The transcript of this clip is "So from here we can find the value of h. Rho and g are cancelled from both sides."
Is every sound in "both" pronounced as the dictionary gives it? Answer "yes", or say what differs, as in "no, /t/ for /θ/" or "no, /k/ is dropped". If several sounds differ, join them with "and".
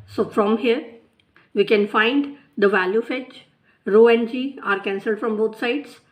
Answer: no, /t/ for /θ/